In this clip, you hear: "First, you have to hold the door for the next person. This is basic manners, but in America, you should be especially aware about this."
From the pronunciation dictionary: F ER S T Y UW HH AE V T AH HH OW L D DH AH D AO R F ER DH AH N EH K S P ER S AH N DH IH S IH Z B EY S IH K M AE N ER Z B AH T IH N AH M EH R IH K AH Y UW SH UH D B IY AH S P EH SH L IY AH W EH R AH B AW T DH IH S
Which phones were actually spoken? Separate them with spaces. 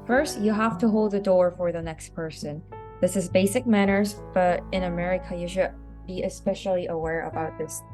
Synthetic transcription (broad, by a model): F ER S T Y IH HH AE F T AH HH OW L D DH AH D AO R F ER DH AH N EH K S P ER S AH N DH IH S IH Z B EY S IH K M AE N ER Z B AH T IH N AH M EH R IH K AH Y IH SH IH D B IY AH S P EH SH L IY AH W EH R AH B AW T DH IH S